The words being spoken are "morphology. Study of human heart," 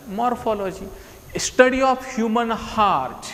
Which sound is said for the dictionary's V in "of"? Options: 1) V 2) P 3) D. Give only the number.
2